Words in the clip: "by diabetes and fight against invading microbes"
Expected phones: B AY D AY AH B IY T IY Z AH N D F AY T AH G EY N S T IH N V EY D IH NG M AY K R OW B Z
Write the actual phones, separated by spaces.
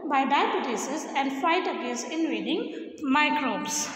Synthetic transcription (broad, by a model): B AY D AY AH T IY S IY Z AH N D F AY T AH G EY N S T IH N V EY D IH NG M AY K R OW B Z